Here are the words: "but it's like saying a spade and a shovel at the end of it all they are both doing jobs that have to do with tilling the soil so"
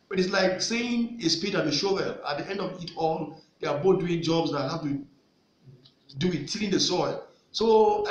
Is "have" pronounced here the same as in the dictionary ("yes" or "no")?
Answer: no